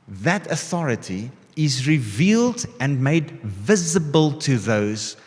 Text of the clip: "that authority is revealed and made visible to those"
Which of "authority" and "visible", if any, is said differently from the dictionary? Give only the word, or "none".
none